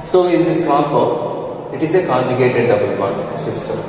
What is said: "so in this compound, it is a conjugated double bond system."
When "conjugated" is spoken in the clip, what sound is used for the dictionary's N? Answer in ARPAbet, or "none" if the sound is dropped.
none